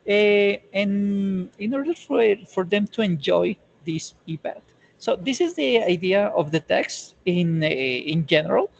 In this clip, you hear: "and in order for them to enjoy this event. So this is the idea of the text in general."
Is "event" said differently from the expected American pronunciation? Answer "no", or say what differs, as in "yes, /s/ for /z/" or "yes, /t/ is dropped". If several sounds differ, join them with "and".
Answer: yes, /p/ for /v/ and /n/ is dropped